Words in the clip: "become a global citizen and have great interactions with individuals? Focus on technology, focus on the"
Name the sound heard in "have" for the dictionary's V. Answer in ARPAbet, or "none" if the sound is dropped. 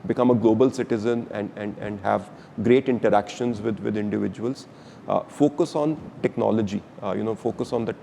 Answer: V